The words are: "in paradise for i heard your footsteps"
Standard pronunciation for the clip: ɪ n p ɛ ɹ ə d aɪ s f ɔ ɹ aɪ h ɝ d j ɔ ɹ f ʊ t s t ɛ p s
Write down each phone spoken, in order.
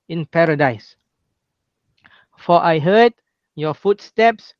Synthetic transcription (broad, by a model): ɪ n p ɛ ɹ ə d aɪ s f ɔ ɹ aɪ h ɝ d j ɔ f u t s t ɛ p s